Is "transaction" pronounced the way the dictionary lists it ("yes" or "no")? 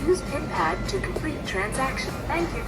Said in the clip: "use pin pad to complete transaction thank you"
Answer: yes